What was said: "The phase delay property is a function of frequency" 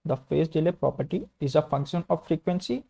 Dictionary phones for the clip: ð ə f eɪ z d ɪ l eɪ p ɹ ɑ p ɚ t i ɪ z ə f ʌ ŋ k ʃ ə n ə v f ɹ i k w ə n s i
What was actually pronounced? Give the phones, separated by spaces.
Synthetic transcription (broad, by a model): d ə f eɪ s d ɪ l eɪ p ɹ ɑ p ɚ t i ɪ z ə f ʌ ŋ k ʃ ə n ə v f ɹ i k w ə n s i